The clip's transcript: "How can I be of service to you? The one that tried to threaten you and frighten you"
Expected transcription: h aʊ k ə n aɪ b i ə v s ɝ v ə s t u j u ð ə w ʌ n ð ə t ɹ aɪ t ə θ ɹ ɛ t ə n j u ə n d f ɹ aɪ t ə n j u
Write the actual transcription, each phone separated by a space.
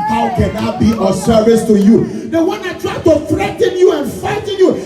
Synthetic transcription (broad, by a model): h aʊ k ə n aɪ b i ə s ɝ v ə s t u j u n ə w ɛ n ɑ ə t ɹ aɪ t ə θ ɹ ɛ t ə n j u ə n f aɪ t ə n j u